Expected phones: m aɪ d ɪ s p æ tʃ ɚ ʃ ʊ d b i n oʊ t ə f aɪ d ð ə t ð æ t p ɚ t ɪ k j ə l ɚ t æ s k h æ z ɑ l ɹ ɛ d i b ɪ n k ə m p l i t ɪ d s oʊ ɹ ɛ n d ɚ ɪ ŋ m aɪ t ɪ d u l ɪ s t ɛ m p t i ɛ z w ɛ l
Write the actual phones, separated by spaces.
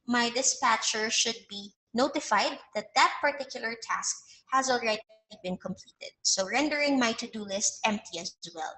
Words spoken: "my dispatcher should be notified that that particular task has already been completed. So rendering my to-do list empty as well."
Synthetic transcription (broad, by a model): m aɪ d ɪ s p æ tʃ ɚ ʃ ʊ d b i n oʊ t ə f aɪ d ð ə t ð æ t p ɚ t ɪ k j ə l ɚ t æ s k h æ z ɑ l ɹ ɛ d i b ɪ n k ə m p l i t ɪ d s oʊ ɹ ɛ n d ɚ ɪ ŋ m aɪ t ɪ d u l ɪ s t ɛ m p t i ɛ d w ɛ l